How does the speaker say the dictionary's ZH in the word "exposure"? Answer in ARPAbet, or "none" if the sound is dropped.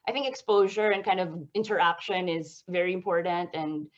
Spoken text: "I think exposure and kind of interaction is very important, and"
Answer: ZH